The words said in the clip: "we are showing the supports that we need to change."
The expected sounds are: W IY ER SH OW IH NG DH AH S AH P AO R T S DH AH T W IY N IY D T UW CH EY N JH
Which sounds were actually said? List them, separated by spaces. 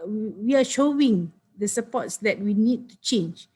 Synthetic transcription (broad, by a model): W IY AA SH OW IH NG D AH S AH P AO T S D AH T W IY N IY D T UW CH EY N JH